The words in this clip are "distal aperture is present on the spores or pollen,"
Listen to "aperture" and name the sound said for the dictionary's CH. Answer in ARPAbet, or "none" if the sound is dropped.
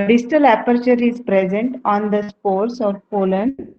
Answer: CH